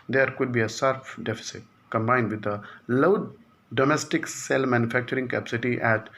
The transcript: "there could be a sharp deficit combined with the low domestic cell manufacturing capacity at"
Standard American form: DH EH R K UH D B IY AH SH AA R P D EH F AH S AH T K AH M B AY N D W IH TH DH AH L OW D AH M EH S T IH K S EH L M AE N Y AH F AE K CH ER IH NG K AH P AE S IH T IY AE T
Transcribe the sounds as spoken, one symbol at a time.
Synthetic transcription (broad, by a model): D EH R K UH D B IY AH S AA R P D EH F AH S AH T K AH M B AY N D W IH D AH L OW D AH M EH S T IH K S EH L M AE N Y AH F AE K CH ER IH NG K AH P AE S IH T IY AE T